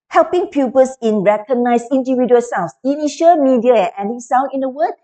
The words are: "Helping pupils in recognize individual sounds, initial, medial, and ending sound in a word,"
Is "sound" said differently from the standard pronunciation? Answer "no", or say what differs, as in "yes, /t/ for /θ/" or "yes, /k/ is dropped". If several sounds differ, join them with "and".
yes, /d/ is dropped